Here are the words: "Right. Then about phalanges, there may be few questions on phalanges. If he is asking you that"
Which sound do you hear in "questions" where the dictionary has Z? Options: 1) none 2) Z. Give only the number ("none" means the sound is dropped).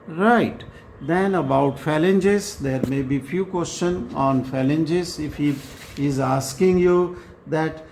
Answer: 1